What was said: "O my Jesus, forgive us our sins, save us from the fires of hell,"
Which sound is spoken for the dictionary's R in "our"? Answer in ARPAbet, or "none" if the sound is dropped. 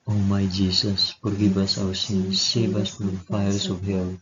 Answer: W